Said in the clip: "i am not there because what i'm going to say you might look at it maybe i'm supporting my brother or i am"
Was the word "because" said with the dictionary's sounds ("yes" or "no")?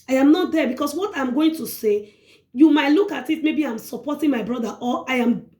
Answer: no